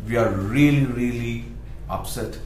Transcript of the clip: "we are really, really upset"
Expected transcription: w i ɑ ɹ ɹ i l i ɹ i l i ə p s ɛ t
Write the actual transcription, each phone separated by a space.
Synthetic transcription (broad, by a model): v i ɑ ɹ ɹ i l i ɹ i l i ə p s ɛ t